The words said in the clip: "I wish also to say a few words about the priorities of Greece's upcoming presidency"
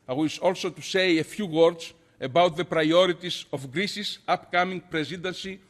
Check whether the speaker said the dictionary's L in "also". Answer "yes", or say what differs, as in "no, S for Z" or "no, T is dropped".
yes